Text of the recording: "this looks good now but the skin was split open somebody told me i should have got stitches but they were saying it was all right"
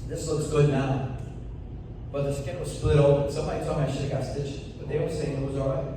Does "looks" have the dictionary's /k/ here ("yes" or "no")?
no